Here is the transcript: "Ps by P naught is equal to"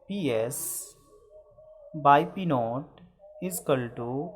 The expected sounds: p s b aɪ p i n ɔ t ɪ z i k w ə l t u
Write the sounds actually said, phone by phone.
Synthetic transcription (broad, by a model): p s b aɪ p i n ɔ t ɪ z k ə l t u